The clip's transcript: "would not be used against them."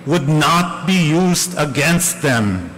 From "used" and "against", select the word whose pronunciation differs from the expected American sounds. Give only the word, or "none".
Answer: none